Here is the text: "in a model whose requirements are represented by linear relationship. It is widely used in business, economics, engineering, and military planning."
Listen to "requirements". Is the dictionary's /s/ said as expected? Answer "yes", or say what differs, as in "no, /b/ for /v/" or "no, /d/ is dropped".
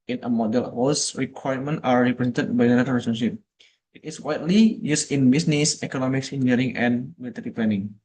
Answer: no, /s/ is dropped